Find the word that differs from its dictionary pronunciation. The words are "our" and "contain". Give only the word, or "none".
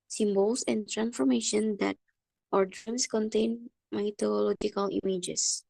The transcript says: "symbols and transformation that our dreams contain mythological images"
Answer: none